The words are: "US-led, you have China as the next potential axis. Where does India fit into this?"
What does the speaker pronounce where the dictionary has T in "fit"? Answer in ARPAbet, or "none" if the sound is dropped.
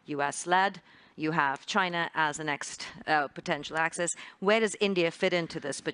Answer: T